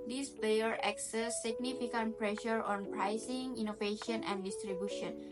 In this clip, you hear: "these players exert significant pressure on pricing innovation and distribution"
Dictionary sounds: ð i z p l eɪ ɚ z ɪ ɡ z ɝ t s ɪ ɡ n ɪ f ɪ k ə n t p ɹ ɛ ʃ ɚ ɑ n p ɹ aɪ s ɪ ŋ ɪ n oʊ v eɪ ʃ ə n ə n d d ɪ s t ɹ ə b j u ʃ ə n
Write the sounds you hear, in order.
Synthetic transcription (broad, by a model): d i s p eɪ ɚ ɪ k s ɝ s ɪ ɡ n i f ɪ k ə n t p ɹ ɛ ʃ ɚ ɑ n p ɹ aɪ s ɪ ŋ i n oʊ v eɪ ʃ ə n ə n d d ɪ s t ɹ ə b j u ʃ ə n